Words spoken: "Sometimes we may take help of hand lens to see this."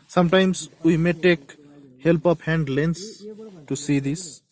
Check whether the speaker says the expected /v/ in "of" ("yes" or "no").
no